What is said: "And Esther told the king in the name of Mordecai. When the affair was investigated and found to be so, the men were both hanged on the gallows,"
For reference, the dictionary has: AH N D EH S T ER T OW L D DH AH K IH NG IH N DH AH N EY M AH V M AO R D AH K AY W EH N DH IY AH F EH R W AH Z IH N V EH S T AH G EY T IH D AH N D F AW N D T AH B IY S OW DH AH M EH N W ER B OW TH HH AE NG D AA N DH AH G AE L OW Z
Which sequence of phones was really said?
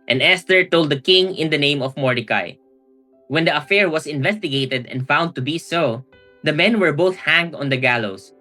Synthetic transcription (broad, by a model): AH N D EH S T ER T OW L D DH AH K IH NG IH N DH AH N EY M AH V M AO R D AH K AY W EH N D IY AH F EH R W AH S IH N V EH S T AH G EY T IH D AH N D F AW N D T AH B IY S OW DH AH M EH N W ER B OW TH HH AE NG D AA N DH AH G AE L OW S